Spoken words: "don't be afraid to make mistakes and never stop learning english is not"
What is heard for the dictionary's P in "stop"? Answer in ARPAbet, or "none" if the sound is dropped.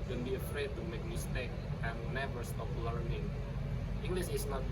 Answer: F